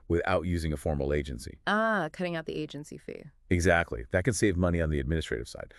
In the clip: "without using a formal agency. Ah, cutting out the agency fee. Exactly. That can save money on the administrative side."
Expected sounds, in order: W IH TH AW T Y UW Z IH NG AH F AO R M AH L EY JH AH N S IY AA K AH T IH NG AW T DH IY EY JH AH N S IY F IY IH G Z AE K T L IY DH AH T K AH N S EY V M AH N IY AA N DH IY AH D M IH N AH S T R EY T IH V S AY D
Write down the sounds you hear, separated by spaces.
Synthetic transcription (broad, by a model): W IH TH AW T Y UW Z IH NG AH F AO R M L EY JH AH N S IY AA K AH T IH NG AW T DH IY EY JH AH N S IY F IY IH G Z AE K T L IY DH AH T K AH N S EY V M AH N IY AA N DH IY AH D M IH N AH S T R EY T IH V S AY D